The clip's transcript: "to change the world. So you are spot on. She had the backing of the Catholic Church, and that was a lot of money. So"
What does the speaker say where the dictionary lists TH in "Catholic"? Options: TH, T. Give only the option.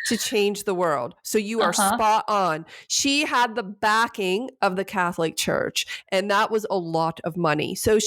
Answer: TH